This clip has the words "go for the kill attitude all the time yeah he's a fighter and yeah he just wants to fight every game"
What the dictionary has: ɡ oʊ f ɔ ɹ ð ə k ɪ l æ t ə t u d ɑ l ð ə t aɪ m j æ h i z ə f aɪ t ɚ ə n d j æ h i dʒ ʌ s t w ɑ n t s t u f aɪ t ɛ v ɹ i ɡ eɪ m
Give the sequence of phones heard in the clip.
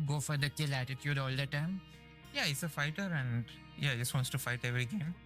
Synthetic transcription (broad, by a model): ɡ oʊ f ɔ ɹ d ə k ɪ l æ t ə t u d ɑ l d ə t aɪ m j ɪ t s ə f aɪ t ɚ ə n d j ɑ dʒ ʌ s t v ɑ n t s t u f aɪ t ɛ v ɹ i ɡ eɪ m